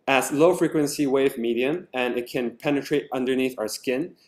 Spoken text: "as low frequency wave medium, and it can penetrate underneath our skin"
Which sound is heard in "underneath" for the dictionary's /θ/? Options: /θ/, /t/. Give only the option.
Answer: /θ/